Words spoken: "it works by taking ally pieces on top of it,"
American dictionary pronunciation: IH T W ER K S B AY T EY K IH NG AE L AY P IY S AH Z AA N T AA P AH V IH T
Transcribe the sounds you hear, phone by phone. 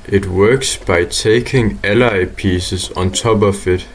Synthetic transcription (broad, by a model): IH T W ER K S B AY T EY K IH NG AE L AY P IY S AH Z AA N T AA B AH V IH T